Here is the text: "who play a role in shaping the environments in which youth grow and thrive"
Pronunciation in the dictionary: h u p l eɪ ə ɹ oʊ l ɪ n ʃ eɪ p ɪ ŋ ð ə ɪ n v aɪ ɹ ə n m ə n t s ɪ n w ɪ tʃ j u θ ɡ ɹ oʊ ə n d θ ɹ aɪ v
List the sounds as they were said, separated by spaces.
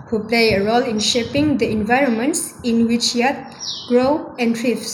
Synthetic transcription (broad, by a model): h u p l eɪ ə ɹ oʊ l ɪ n ʃ eɪ p ɪ ŋ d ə ɪ n v aɪ ɹ ə n m ə n t s ɪ n w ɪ tʃ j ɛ t ɡ ɹ oʊ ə n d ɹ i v